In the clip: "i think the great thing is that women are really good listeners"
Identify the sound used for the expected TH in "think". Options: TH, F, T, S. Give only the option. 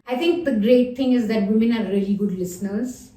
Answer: T